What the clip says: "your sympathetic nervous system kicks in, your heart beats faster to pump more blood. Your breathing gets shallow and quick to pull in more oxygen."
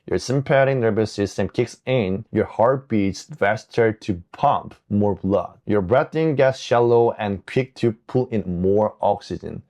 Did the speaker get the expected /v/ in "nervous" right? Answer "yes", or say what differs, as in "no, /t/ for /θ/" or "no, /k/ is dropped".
no, /b/ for /v/